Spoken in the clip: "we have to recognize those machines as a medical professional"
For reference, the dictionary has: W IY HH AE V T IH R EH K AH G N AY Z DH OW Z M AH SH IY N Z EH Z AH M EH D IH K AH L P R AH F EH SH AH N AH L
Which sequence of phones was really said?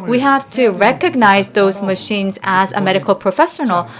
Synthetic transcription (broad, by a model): W IY HH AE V T IH R EH K AH G N AY Z DH OW Z M AH SH IY N Z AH Z AH M EH D IH K AH L P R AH F EH SH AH N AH L